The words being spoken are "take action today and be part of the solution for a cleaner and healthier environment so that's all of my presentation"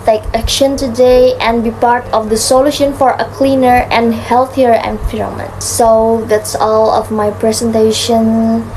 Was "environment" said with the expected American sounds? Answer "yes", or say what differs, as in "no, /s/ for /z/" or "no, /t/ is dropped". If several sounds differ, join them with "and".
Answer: no, /f/ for /v/ and /n/ is dropped